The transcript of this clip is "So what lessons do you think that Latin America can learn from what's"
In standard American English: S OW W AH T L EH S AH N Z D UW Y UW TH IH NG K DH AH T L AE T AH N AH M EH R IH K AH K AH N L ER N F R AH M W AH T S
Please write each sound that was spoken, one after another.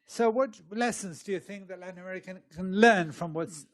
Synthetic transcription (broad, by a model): S OW W AH T L EH S AH N Z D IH Y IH TH IH NG K DH AH T L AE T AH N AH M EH R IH K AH K AH N L ER N F R AH M W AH T S